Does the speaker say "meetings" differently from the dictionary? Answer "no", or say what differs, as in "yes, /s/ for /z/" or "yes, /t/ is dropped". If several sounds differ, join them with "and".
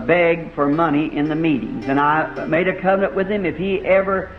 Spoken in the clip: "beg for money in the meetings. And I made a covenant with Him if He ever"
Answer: no